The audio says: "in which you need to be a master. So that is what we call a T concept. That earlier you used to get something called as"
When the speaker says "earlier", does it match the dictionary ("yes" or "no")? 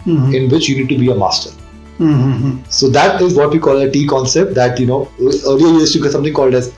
no